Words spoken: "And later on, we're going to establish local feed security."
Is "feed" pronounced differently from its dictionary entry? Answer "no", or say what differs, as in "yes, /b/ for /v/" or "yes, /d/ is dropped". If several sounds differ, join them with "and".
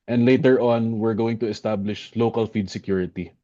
no